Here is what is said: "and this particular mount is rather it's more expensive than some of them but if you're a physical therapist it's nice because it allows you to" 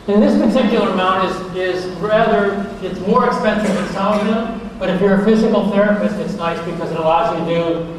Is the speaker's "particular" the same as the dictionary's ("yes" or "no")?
no